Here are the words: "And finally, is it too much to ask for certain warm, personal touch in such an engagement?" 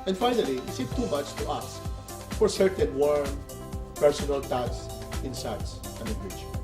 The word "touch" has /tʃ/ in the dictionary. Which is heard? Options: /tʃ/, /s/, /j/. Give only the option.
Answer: /s/